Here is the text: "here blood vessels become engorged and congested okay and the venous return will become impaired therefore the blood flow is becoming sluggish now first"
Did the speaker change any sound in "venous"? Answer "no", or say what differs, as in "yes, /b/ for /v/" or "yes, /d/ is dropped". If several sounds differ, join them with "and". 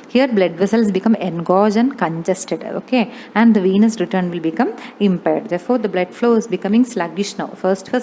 no